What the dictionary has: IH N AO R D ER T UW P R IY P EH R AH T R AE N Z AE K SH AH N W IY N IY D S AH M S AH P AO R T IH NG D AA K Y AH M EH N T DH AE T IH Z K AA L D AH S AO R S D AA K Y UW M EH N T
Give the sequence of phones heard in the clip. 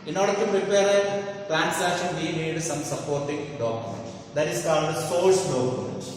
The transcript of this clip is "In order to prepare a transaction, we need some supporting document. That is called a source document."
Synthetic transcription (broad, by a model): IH N AO R D ER T UW P R IY P EH R AH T R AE N S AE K SH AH N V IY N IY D S AH M S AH P AO R T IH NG D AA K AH M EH N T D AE T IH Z K AA L D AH S AO L S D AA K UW M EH N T